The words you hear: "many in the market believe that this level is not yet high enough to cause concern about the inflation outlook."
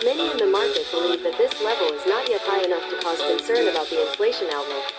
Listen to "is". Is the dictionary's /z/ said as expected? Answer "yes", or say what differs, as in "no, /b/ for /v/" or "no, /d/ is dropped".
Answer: yes